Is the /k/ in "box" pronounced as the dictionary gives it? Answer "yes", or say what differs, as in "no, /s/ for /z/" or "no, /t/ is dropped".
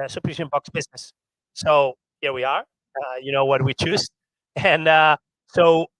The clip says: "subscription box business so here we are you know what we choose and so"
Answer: yes